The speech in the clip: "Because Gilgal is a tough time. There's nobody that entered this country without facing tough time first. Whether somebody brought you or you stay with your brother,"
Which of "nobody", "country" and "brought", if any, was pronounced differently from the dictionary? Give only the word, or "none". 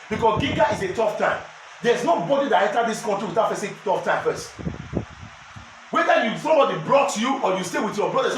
country